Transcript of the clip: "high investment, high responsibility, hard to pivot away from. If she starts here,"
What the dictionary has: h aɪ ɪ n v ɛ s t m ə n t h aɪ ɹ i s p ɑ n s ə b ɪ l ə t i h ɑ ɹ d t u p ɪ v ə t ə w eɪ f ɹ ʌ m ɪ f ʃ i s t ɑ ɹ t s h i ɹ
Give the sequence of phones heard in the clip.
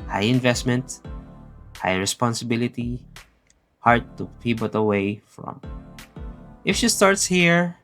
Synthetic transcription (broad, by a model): h aɪ ɪ n v ɛ s t m ə n t h aɪ ɹ i s p ɑ n s ə b ɪ l ə t i h ɑ ɹ d t u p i b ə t ə w eɪ f ɹ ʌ m ɪ f ʃ i s t ɑ ɹ t s h i ɹ